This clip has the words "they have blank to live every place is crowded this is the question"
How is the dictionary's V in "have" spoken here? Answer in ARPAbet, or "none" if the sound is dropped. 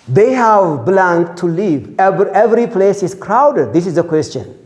V